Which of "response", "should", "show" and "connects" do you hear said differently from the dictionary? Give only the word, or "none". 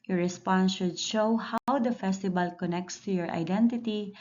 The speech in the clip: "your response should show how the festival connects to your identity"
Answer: none